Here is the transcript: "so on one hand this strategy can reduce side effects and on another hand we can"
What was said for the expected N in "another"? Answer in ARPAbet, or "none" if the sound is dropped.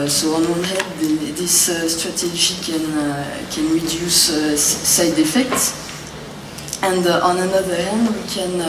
N